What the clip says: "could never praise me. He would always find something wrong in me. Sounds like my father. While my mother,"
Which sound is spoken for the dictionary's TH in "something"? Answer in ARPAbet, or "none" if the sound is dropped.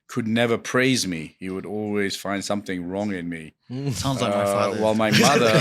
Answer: TH